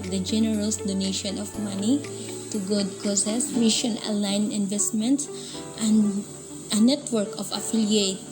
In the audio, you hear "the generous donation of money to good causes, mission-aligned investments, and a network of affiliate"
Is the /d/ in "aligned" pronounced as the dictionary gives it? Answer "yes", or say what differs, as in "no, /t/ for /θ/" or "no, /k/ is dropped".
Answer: no, /d/ is dropped